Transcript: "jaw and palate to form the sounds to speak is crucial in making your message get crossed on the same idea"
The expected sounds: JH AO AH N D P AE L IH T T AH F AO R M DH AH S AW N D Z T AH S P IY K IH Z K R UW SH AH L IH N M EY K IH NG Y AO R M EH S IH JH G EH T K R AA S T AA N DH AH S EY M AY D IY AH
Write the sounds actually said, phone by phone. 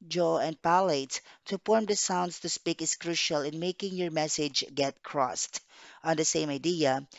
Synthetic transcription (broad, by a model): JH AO AH N D P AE L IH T T AH F AO R M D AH S AW N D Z T AH S P IY K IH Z K R UW SH AH L IH N M EY K IH NG Y AO R M EH S IH JH G EH T K R AA S T AA N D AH S EY M AY D IY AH